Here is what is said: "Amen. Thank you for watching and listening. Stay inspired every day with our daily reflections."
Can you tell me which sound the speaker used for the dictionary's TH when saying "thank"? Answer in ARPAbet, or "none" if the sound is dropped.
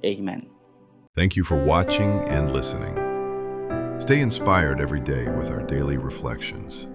TH